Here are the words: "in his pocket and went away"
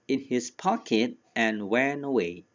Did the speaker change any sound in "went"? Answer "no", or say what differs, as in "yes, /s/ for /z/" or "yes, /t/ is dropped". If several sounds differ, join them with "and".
yes, /t/ is dropped